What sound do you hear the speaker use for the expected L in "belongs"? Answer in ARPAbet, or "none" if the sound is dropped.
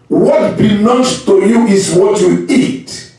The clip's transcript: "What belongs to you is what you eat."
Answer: N